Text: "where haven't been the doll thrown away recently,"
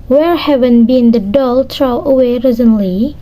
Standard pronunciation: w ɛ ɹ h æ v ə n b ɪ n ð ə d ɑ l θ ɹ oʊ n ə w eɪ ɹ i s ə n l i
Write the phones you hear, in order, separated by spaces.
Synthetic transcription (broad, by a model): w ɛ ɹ h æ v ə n b ɪ n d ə d ɑ l t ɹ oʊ ə w eɪ ɹ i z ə n l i